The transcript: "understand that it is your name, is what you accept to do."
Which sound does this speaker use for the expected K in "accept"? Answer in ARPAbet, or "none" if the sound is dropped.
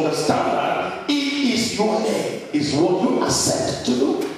none